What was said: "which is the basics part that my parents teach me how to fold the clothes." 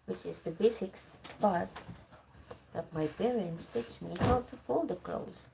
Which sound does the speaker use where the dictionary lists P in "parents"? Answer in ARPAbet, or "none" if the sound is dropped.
B